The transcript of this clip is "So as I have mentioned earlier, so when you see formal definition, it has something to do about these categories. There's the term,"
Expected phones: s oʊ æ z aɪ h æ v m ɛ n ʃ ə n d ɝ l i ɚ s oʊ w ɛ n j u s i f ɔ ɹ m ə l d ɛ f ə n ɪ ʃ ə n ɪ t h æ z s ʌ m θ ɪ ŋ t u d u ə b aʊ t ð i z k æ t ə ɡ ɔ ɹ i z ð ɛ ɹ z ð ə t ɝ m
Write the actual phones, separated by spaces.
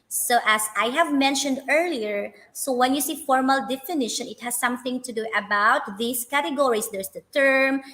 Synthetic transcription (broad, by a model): s oʊ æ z aɪ h æ v m ɛ n ʃ ə n d ɝ l i ɚ s oʊ w ɛ n j u s i f ɔ ɹ m ə l d ɛ f ə n ɪ ʃ ə n ɪ t h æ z s ʌ m θ ɪ ŋ t u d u ə b aʊ t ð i s k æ t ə ɡ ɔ ɹ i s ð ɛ ɹ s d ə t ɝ m